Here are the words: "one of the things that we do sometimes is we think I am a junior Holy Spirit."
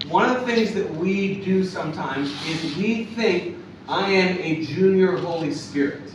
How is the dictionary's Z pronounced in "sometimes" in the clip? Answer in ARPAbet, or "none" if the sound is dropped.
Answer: Z